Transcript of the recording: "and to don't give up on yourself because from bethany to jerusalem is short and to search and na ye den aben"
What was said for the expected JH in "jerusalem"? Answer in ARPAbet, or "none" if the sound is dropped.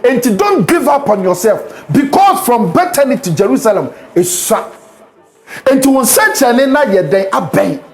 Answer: JH